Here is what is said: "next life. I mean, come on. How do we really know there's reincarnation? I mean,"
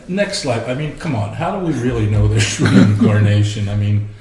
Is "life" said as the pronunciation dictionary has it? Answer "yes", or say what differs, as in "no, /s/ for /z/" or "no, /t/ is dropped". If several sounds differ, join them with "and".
no, /p/ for /f/